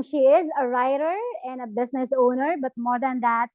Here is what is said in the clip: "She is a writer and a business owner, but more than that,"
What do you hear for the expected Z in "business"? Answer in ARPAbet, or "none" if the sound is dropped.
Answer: S